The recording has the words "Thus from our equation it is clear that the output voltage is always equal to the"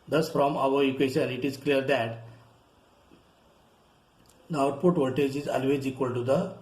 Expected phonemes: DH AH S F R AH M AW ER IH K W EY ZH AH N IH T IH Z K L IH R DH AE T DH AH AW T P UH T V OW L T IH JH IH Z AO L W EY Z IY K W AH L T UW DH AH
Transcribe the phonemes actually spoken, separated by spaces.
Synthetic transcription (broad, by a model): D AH S F R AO M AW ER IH K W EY SH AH N IH T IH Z K L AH R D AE T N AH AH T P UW T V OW T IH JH IH Z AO L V EY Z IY K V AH L T UW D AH